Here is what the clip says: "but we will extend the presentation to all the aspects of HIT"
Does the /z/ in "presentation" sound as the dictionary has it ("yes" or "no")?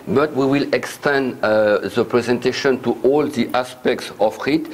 yes